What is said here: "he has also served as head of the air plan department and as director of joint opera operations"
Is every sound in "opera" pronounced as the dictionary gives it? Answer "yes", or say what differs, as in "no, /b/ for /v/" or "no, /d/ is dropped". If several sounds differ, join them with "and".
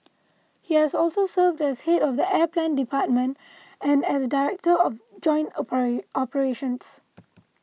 no, /ɹ/ is dropped